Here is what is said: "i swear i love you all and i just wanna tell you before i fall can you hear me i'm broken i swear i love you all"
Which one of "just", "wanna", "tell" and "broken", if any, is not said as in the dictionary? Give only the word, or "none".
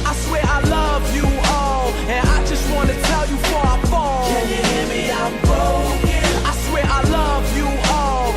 broken